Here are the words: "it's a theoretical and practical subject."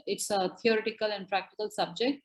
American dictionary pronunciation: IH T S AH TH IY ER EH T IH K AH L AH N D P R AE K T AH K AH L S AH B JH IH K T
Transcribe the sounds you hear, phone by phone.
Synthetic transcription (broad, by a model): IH T S AH T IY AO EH T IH K AH L AH N D P R AE K T AH K AH L S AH B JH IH K T